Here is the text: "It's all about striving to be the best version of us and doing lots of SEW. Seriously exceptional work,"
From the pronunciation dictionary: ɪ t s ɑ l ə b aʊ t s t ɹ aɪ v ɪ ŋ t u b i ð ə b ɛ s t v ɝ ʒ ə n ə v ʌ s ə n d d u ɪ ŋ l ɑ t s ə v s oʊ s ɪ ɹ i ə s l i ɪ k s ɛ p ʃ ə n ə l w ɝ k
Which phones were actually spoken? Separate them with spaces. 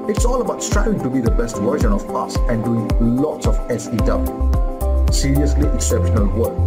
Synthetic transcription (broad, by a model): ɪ t s ɑ l ə b aʊ t s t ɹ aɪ w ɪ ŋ t u b i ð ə b ɛ s t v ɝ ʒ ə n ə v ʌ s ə n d d u ɪ ŋ l ɑ t s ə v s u s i ɹ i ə s l i ɪ k s ɛ p ʃ ə n ə l w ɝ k